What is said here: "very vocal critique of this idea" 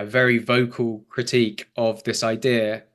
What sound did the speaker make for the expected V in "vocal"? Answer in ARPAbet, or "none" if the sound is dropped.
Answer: V